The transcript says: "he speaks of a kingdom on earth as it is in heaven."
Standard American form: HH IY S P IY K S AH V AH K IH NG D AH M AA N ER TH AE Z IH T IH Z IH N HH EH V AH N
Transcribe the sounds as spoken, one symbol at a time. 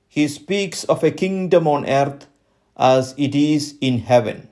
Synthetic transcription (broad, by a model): HH IY S P IY K S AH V AH K IH NG D AH M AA N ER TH AE Z IH T IH Z IH N HH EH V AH N